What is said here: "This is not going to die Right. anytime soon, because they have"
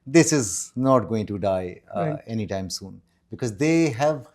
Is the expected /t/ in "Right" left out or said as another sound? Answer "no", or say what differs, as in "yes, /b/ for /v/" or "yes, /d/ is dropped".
yes, /t/ is dropped